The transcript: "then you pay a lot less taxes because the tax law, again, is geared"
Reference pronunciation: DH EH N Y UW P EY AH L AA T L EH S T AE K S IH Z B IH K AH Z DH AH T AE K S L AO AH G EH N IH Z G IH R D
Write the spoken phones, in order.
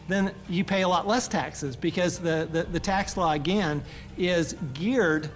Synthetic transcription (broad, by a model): DH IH N Y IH P EY AH L AA T L EH S T AE K S IH Z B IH K AH Z DH AH T AE K S L AO AH G EH N IH Z G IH R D